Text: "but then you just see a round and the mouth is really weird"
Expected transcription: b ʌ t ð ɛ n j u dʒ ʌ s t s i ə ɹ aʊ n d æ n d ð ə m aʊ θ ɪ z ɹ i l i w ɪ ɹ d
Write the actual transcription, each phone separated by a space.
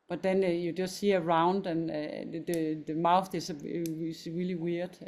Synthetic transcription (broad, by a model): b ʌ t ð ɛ n j u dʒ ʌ s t s i ə ɹ aʊ n d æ n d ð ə m aʊ θ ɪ s ɹ i l i w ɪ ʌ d